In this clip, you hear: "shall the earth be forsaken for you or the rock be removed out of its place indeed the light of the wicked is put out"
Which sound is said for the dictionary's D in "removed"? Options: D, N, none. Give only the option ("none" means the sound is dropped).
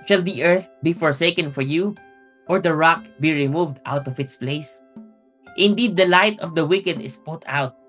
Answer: D